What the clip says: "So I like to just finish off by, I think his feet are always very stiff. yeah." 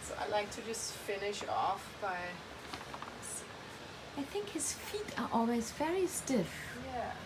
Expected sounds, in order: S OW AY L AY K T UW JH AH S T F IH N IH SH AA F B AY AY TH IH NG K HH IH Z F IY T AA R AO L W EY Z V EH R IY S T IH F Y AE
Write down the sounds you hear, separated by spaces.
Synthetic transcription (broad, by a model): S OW AY L AY K T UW JH AH S T F IH N IH SH AA F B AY AY TH IH NG K HH IH Z F IY T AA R AO L W EY Z V EH R IY S T IH F Y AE